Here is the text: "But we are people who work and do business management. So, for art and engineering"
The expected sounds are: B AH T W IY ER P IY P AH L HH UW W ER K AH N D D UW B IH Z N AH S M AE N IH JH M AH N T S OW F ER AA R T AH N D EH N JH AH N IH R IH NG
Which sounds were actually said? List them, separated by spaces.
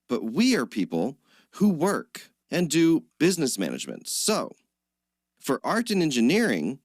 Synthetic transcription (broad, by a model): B AH T W IY ER P IY P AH L HH UW W ER K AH N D D UW B IH Z N AH S M AE N IH JH M AH N T S OW F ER AA R T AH N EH N JH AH N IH R IH NG